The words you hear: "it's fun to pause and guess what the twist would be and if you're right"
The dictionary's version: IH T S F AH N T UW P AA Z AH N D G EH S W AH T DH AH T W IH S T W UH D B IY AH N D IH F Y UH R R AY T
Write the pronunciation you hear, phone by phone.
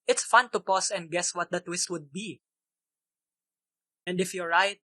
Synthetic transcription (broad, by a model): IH T S F AH N T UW P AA S AH N D G EH S W AH T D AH T W IH S T W UH D B IY AH N D IH F Y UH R R AY T